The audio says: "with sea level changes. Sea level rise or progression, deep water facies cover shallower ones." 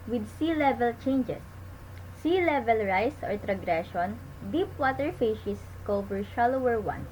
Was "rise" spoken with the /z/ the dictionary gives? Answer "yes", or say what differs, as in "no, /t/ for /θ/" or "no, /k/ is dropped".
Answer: no, /s/ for /z/